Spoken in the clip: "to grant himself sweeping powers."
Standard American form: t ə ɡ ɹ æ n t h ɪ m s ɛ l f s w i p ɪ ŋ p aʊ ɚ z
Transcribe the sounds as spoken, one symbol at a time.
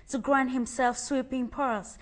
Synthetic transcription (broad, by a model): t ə ɡ ɹ æ n t h ɪ m s ɛ l f s w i p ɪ ŋ p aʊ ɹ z